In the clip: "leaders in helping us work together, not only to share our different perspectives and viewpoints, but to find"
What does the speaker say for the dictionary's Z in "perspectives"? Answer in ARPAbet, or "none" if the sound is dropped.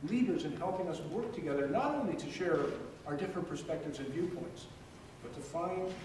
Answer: Z